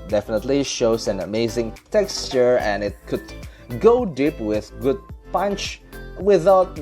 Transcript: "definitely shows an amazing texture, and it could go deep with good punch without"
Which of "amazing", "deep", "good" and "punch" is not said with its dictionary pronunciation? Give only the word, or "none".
none